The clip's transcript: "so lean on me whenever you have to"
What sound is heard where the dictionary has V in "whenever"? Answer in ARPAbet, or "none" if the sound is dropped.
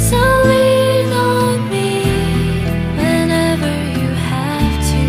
V